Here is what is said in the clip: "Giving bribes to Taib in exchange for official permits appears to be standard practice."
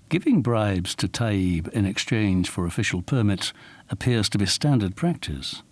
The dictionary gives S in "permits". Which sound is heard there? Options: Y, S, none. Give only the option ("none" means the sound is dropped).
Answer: none